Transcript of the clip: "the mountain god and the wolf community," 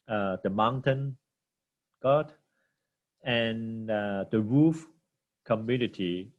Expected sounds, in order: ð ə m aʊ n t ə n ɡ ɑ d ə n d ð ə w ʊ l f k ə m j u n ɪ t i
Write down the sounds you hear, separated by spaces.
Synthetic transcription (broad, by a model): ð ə m aʊ n t ə n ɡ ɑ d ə n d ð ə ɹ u f k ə m j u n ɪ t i